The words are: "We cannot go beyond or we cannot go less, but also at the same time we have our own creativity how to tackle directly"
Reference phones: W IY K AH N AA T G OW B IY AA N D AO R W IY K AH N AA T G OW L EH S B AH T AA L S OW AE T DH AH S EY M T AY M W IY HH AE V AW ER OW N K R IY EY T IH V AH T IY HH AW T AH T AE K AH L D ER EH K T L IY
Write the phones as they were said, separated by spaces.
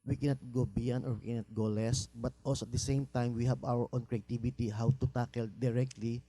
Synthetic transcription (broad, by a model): W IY K AH N AA T G OW B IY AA N AO R W IY K AH N AA T G OW L EH S B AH T AA L S OW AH T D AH S EY M T AY M W IY HH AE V AW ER OW N K R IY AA T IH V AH T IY HH AW T AH T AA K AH L D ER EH K T L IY